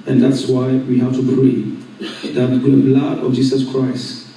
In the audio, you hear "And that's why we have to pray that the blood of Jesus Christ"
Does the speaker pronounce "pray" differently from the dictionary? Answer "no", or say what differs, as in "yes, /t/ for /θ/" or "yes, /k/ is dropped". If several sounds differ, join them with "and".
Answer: yes, /b/ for /p/